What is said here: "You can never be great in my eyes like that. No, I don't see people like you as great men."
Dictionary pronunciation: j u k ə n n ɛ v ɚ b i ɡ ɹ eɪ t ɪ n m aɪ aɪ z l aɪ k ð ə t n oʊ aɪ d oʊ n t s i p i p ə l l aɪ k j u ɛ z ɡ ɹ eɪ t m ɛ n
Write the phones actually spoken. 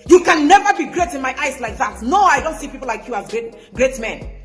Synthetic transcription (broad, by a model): j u k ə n n ɛ v ɚ b i ɡ ɹ eɪ t ɪ n m aɪ aɪ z l aɪ k ð ə t n oʊ aɪ d oʊ n t s i p i p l l aɪ k j u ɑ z ɡ ɹ eɪ t m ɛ n